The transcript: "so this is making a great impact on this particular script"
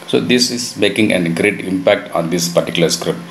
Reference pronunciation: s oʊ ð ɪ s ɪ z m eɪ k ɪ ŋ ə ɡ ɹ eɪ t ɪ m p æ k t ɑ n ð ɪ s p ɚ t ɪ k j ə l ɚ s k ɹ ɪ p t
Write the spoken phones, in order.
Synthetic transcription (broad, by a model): s oʊ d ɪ s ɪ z m eɪ k ɪ ŋ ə ɡ ɹ eɪ t ɪ m p æ k t ɑ n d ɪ s p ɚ t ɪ k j l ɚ s k ɹ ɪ p t